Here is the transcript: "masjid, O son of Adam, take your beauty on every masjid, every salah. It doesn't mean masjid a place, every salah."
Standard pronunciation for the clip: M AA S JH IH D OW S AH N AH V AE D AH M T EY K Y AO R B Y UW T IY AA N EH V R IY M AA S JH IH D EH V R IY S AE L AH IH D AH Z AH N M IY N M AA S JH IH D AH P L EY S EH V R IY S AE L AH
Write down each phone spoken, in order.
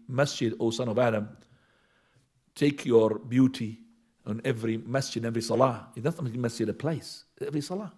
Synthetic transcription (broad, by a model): M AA S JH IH D OW S AH N AH V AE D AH M T EY K Y AO R B Y UW T IY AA N EH V R IY M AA S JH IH D EH V R IY S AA L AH IH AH S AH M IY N M AA S JH IH D AH P L EY S EH V R IY S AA L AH